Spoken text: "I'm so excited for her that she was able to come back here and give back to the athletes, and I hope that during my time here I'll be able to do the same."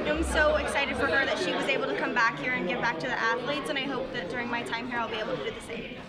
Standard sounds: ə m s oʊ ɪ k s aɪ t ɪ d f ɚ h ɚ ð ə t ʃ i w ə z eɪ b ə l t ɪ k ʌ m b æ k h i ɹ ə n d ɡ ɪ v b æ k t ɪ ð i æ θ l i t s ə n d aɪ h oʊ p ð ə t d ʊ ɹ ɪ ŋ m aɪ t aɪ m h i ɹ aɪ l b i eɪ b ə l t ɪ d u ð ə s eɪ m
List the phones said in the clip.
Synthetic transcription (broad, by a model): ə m s oʊ ɪ k s aɪ t ɪ d f ɚ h ɚ ð ə t ʃ i w ə z eɪ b l t ɪ k ʌ m b æ k h i ɹ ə n ɡ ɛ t b æ k t ɪ ð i æ θ l i t s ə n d aɪ h oʊ p ð ə t d ʊ ɹ ɪ ŋ m aɪ t aɪ m h i ɹ aɪ l b i eɪ b l t ɪ d u ð ə s eɪ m